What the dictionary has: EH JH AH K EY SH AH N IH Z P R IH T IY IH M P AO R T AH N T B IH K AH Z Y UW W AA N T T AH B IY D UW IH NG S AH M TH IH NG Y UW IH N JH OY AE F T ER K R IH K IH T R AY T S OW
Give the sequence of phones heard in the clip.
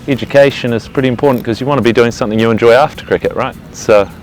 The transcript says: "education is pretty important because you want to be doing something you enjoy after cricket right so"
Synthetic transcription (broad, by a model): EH JH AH K EY SH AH N IH Z P R IH T IY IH M P AO R T N K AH Z Y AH W AA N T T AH B IY D UW IH NG S AH M TH IH NG Y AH IH N JH OY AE F T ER K R IH K IH T R AY T S OW